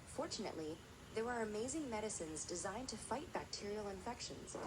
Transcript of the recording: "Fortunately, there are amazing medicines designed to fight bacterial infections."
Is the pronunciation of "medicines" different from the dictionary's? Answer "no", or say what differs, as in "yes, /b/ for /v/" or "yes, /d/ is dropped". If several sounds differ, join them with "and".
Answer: no